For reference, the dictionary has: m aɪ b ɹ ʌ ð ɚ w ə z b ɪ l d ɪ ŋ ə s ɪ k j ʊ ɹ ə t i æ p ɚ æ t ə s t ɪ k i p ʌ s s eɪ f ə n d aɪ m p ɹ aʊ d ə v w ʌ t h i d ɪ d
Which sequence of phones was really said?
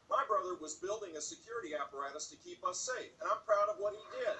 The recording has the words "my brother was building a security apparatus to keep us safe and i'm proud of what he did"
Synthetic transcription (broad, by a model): m aɪ b ɹ ʌ ð ɚ w ə z b ɪ l d ɪ ŋ ə s ɪ k j ʊ ɹ ə t i æ p ɚ æ t ə s t ɪ k i p ʌ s s eɪ f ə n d aɪ m p ɹ aʊ d ə v w ʌ t h i d ɪ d